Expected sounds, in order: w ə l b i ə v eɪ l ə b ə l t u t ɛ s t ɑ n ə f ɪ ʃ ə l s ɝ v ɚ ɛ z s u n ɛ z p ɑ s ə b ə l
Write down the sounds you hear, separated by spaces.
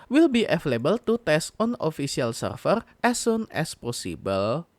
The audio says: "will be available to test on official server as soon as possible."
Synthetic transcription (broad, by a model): w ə l b i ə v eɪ l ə b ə l t u t ɛ s t ɑ n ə f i s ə l s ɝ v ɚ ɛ s u n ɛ s p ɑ s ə b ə l